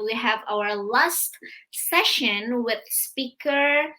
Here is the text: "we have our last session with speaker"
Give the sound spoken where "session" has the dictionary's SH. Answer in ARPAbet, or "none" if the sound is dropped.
SH